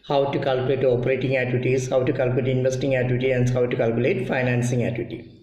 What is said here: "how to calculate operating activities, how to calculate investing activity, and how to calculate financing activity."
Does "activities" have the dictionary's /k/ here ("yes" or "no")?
no